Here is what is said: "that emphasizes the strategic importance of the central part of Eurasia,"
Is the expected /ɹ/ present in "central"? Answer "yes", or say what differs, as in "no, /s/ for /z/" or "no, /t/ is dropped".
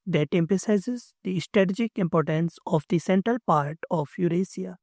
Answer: yes